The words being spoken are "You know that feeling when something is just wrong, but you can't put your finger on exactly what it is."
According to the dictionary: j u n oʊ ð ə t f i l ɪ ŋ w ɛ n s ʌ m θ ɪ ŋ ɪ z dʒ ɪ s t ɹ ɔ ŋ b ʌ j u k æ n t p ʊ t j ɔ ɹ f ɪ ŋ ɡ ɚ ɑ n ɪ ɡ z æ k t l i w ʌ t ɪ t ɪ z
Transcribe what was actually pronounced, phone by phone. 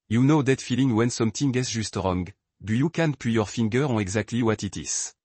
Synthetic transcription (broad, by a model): j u n oʊ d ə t f i l ɪ ŋ w ɛ n s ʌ m t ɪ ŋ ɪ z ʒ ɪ s t ɹ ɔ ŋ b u j u k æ n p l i j ɔ ɹ f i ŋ ɡ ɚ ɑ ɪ ɡ z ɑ k t l i w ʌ t ɪ t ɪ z